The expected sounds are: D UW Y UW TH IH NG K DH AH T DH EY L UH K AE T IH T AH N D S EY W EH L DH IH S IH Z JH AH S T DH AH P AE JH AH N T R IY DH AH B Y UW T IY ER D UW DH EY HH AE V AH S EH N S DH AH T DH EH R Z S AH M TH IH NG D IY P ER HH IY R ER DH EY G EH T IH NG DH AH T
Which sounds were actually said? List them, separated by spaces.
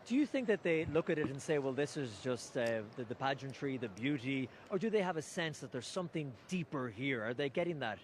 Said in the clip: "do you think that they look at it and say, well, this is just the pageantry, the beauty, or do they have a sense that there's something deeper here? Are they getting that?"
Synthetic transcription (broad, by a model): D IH Y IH TH IH NG K DH AH T DH EY L UH K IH T IH T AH N S EY W EH L DH IH S IH Z JH AH S T DH AH P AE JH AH N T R IY DH AH B Y UW T IY ER D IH DH EY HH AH V AH S EH N S DH AH T DH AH R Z S AH M TH IH NG D IY P ER HH IY R ER DH EY G EH T IH NG DH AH T